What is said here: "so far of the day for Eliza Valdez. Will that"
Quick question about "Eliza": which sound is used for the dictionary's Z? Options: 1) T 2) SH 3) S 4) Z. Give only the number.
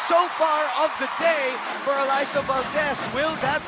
3